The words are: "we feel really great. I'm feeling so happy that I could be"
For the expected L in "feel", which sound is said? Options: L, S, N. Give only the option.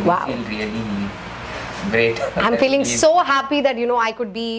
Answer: N